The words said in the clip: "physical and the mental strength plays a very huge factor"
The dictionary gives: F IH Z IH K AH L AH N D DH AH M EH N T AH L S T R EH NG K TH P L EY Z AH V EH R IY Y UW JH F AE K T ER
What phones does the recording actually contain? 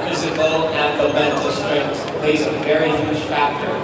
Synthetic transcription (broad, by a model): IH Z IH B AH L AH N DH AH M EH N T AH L S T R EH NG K S P L EY Z AH V EH R IY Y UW ZH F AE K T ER